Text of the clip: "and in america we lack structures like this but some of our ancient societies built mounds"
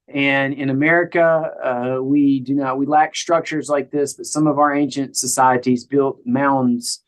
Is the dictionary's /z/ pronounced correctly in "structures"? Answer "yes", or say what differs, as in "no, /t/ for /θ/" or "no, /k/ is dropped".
yes